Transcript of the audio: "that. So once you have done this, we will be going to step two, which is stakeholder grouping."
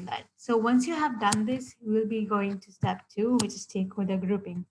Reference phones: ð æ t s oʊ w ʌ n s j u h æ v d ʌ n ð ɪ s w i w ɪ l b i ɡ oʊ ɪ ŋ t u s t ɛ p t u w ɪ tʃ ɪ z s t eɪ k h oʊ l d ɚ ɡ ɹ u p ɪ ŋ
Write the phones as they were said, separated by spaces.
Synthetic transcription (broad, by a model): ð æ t s oʊ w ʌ n s j u h æ v d ʌ n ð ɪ s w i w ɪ l b i ɡ oʊ ɪ ŋ t u s t ɛ p t u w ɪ tʃ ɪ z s t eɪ k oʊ d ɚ ɡ ɹ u p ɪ ŋ